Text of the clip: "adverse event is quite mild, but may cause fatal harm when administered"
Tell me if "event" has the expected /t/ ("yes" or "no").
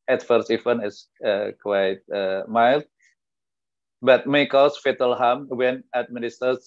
no